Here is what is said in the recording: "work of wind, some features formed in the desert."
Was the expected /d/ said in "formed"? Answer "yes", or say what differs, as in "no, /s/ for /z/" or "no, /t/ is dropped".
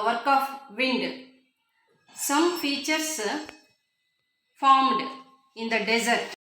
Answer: yes